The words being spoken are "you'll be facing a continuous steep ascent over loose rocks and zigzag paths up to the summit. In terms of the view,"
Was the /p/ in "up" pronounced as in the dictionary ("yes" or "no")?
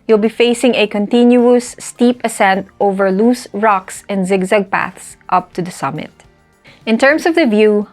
yes